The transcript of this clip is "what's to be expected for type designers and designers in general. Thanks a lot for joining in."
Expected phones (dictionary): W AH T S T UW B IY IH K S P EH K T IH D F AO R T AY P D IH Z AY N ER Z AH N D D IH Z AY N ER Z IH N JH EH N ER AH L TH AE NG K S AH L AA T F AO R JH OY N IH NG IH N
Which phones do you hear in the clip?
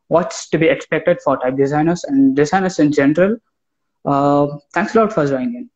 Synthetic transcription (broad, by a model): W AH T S T UW B IY IH K S P EH K T IH D F AO R T AY P D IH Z AY N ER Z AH N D D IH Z AY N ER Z IH N JH EH N ER AH L T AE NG K S AH L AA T F AO R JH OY IH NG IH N